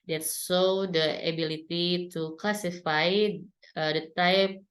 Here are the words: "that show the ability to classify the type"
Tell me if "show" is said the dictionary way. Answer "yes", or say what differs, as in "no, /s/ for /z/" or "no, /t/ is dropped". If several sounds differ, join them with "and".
no, /s/ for /ʃ/